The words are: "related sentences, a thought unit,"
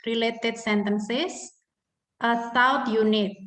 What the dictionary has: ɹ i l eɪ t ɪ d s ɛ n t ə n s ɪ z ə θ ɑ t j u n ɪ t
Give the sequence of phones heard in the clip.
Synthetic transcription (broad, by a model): ɹ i l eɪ t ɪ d s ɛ n t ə n s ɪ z ə s ɑ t j u n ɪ t